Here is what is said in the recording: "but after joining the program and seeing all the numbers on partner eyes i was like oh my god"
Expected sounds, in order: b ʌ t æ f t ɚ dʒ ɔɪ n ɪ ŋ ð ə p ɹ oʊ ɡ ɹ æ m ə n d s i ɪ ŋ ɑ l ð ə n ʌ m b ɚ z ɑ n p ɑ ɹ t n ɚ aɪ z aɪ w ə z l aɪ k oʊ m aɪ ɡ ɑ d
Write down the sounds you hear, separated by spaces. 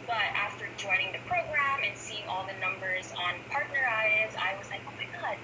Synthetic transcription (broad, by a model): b ʌ t æ f t ɚ dʒ ɔɪ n ɪ ŋ ð ə p ɹ oʊ ɡ ɹ æ m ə n s i ɪ ŋ ɑ l ð ə n ʌ m b ɚ z n p ɑ ɹ t n ɚ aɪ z aɪ w ə z l aɪ k oʊ m aɪ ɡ ɑ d